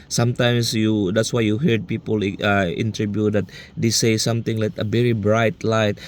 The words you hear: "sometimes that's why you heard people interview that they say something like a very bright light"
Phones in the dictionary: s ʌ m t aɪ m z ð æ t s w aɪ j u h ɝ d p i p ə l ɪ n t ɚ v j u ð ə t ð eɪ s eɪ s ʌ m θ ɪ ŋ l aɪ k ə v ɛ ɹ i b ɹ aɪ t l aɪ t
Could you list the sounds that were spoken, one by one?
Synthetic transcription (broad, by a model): s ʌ m t aɪ m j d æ t s w aɪ j u h ɝ d p i p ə l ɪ n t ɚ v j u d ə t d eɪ s eɪ s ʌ m t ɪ ŋ l aɪ k ə v ɛ ɹ i b ɹ aɪ t l aɪ t